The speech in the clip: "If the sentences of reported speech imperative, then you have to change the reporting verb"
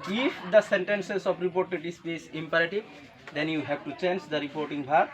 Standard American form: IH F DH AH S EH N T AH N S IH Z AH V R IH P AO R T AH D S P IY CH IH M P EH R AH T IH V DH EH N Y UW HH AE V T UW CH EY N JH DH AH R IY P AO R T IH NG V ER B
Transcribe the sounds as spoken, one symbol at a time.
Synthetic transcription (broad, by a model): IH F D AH S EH N T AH N S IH S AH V R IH P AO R T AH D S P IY S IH M P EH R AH T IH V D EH N Y UW HH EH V T UW CH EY N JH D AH R IY P AO R T IH NG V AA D